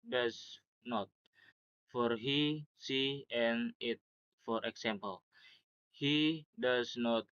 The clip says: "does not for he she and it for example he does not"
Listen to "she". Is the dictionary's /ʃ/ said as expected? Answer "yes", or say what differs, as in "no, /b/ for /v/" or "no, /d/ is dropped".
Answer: no, /s/ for /ʃ/